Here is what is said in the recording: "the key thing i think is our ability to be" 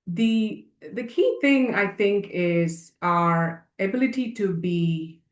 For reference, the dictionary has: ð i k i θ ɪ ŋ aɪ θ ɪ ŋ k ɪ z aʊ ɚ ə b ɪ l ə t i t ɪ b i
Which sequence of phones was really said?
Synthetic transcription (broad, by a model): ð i k i θ ɪ ŋ aɪ θ ɪ ŋ k ɪ z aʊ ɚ ə b ɪ l ə t i t ɪ b i